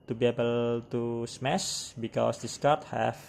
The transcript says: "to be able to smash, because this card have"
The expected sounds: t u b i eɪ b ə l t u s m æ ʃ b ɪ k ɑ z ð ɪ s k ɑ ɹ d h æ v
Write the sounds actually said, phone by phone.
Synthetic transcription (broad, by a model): t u b i eɪ b ə l t u s m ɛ s b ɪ k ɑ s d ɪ s k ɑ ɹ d h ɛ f